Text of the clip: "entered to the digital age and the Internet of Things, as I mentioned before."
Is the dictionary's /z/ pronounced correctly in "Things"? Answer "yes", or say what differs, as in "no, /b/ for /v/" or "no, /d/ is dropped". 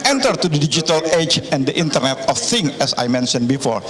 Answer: no, /z/ is dropped